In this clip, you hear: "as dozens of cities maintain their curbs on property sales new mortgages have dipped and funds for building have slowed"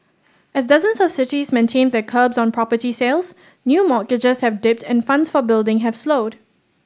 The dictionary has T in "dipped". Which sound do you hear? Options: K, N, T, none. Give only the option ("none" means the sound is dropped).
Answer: T